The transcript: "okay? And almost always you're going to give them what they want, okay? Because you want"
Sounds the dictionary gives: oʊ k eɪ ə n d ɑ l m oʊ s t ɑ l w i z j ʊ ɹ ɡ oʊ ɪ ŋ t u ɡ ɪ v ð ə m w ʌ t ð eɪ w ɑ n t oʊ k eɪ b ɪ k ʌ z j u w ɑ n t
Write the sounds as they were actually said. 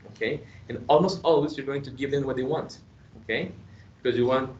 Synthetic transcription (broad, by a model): oʊ k eɪ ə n ɑ l m oʊ s t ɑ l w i s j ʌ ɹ ɡ oʊ ɪ ŋ t u ɡ ɪ v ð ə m w ʌ t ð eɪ w ɑ n t oʊ k eɪ b ɪ k ʌ z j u w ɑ n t